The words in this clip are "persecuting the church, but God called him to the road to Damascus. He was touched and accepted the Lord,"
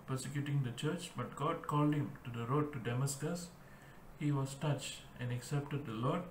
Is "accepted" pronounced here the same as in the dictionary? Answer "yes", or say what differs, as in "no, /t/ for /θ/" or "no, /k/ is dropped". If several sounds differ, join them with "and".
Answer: yes